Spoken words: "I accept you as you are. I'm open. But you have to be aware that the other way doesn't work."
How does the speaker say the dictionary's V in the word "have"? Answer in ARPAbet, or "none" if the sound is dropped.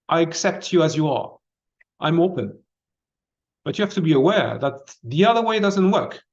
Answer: F